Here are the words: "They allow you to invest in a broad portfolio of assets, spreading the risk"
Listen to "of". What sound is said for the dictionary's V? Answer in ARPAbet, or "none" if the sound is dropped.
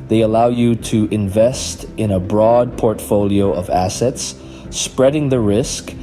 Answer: V